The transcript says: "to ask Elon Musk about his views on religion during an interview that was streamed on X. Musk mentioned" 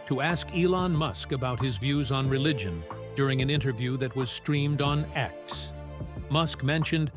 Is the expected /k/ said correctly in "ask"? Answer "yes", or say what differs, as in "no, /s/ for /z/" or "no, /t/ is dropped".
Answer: yes